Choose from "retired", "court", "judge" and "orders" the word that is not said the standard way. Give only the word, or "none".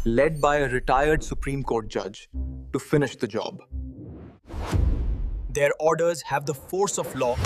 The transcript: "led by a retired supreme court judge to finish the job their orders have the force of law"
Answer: none